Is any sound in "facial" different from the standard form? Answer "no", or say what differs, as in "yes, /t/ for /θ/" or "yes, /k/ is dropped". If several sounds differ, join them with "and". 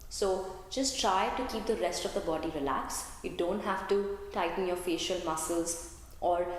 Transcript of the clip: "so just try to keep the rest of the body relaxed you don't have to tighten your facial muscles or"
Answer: no